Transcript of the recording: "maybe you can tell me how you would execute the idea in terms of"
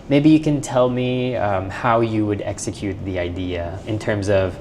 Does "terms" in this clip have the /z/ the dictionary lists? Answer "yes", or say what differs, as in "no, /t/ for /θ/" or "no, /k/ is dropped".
yes